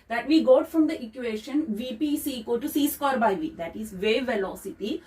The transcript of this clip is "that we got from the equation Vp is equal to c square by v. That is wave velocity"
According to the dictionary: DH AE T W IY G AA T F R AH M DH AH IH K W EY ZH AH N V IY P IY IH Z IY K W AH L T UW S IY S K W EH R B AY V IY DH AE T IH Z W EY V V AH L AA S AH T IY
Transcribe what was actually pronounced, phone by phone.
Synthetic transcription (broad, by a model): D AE T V IY G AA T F R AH M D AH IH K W EY SH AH N V IY P IY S IY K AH T UW S IY S K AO R B AY V IY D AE T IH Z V EY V V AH L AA S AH T IY